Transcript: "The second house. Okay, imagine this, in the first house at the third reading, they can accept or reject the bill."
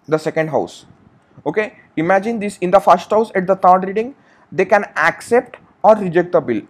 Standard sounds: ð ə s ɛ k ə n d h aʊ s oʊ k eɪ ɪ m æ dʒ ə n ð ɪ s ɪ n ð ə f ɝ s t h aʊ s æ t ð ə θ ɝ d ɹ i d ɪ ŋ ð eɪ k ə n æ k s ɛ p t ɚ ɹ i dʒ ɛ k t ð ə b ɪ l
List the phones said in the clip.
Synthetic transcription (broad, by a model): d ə s ɛ k ə n d h aʊ s oʊ k eɪ ɪ m æ dʒ ə n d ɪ s ɪ n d ə f ɝ s t h aʊ s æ t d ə t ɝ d ɹ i d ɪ ŋ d eɪ k ə n æ k s ɛ p t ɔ ɹ i dʒ ɛ k t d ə b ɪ l